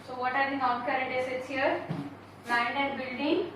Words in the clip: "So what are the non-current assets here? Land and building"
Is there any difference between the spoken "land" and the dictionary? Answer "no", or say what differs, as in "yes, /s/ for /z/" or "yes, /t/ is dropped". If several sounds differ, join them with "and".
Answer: yes, /d/ is dropped